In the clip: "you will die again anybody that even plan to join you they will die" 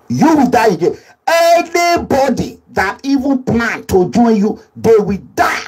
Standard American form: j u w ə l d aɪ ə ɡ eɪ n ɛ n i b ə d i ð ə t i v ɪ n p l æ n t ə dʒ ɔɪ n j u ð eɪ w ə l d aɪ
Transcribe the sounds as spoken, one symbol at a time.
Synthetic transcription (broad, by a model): j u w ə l d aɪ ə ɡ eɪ ɛ n i b ə d i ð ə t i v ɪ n p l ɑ n t ə dʒ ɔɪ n j u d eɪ w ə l d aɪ